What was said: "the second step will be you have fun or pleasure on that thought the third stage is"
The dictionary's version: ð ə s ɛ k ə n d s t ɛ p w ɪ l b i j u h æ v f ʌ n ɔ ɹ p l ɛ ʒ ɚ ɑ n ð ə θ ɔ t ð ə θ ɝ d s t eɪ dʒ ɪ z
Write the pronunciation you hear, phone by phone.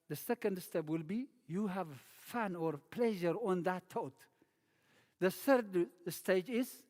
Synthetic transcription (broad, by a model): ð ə s ɛ k ə n d s t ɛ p w ɪ l b i j u h æ v f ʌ n ɔ ɹ p l ɛ ʒ ɚ ɑ n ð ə t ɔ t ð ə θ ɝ d s t eɪ dʒ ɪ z